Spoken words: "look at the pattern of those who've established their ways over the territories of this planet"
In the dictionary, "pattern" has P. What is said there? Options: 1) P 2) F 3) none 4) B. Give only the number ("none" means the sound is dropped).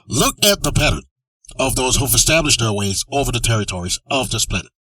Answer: 1